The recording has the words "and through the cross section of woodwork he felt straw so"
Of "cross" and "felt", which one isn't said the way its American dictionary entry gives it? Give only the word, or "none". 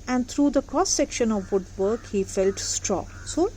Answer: cross